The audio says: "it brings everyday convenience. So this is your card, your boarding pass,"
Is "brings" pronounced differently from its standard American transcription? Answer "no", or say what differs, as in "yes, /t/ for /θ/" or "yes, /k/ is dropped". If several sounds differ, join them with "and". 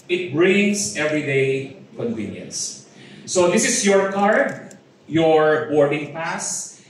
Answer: yes, /s/ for /z/